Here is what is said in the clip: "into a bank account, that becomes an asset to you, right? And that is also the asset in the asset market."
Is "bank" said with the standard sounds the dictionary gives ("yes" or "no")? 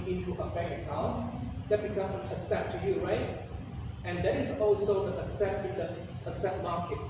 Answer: no